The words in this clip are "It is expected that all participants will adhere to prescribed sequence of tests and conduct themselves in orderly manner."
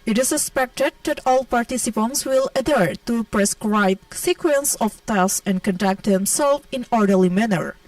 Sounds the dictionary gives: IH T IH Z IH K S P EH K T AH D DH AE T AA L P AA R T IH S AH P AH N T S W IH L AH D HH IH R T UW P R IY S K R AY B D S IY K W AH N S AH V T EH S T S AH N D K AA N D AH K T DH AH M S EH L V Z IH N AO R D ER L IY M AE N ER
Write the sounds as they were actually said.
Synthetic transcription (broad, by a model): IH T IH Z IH S P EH K T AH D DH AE T AA L P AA R T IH S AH P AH N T S W IH L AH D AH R T UW P R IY S K R AY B S IY K W AH N S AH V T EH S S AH N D K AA N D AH K T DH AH M S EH L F IH N AO R D ER L IY M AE N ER